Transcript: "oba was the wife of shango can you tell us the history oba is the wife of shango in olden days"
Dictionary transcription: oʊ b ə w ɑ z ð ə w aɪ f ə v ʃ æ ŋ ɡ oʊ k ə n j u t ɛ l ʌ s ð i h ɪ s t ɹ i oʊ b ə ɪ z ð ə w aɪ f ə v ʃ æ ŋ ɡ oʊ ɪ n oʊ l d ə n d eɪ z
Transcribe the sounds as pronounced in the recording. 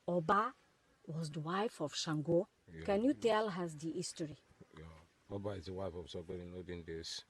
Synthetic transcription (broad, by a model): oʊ b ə w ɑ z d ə w aɪ f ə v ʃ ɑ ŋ ɡ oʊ k ə n j u t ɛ l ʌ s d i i s t ɹ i oʊ b ə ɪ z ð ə w aɪ f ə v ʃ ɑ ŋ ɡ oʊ ɪ n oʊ d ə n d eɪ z